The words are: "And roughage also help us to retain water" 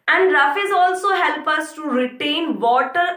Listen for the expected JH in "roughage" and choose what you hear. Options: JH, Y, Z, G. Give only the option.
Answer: Z